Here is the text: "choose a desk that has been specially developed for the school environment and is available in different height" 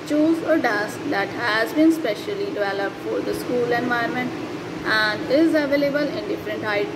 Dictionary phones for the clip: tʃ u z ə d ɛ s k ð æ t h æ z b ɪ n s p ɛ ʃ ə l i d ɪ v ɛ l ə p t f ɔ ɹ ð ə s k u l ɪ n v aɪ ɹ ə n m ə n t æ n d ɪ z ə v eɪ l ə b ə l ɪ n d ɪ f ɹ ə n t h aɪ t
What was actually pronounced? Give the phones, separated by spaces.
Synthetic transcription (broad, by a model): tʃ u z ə d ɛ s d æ t h æ z b ɪ n s p ɛ ʃ ə l i d ɪ v ɛ l ə p t f ɔ ɹ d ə s k u l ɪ n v aɪ ə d m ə n t æ n d ɪ z ə v eɪ l ə b ə l ɪ n d ɪ f ɹ ə n t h aɪ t